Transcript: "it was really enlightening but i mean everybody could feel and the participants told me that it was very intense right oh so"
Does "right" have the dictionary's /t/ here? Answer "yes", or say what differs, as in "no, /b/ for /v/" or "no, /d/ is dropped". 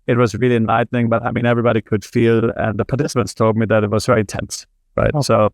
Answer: yes